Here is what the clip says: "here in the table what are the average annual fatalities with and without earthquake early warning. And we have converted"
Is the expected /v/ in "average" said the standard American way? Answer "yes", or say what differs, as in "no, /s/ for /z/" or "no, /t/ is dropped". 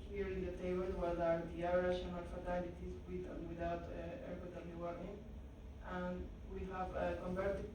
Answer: no, /v/ is dropped